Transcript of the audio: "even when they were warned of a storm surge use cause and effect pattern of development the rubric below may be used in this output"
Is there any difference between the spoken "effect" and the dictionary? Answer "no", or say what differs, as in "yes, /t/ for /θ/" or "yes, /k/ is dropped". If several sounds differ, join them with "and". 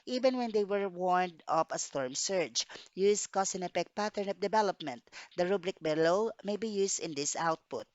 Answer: yes, /p/ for /f/